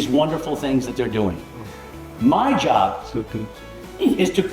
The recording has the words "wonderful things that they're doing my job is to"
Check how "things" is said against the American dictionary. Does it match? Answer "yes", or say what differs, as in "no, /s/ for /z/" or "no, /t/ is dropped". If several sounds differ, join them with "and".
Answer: yes